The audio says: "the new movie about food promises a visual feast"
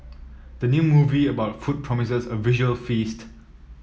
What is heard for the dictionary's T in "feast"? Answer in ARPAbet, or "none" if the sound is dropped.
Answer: T